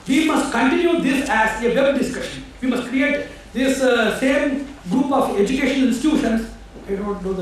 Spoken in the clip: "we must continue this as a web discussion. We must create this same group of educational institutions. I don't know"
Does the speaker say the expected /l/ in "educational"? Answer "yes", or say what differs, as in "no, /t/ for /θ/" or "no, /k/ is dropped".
no, /n/ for /l/